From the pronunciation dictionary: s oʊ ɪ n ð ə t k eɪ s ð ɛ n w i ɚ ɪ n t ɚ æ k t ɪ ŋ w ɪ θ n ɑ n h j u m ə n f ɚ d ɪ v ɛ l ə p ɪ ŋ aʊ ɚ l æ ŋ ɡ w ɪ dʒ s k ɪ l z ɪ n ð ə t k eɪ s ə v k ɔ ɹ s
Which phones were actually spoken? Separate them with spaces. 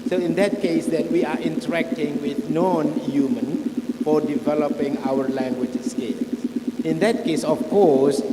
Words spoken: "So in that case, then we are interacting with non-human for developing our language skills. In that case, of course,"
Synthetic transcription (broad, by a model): s oʊ ɪ n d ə t k eɪ s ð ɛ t w i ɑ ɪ n t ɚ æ k t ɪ ŋ w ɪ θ n ɑ n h j u m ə n f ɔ d ɪ v ɛ l ə p ɪ ŋ aʊ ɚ l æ ŋ ɡ w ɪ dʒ s k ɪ l s ɪ n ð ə t k eɪ s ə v k ɔ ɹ s